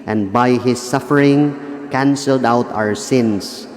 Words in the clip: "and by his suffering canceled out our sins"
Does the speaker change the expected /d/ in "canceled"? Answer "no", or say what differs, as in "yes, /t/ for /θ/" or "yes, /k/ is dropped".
no